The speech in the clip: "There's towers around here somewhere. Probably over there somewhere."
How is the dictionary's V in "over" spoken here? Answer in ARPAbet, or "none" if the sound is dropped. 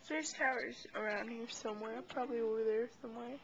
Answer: W